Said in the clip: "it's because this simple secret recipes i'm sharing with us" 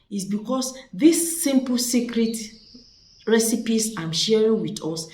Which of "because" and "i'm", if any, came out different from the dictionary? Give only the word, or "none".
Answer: because